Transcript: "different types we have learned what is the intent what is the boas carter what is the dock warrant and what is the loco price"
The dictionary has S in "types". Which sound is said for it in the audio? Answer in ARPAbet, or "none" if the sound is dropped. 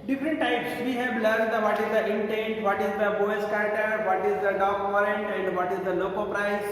S